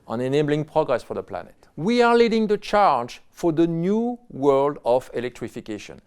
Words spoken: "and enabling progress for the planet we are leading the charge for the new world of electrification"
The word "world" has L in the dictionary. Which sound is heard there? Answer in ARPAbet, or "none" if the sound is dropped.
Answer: L